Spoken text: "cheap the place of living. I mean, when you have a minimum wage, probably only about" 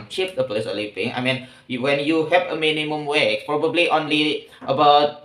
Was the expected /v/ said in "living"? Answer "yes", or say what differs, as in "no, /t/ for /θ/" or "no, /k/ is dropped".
no, /p/ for /v/